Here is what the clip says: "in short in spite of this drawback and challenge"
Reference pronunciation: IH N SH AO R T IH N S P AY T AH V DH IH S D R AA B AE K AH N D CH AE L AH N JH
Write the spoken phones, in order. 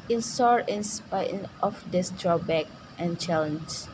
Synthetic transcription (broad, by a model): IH N S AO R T IH N S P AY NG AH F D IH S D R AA B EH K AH N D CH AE L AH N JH